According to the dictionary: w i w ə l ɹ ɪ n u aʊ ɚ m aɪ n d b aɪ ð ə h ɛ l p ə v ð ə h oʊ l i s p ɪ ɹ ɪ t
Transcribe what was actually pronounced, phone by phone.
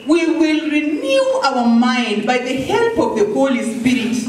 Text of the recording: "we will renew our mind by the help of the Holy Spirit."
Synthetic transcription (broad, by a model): w i w ə l ɹ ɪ n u aʊ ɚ m aɪ n d b aɪ ð ə h ɛ l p ə v ð ə h oʊ l i s p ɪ ɹ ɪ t